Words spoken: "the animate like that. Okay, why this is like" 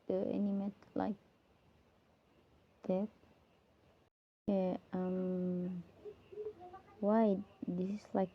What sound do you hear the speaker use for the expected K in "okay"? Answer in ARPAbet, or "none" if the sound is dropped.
none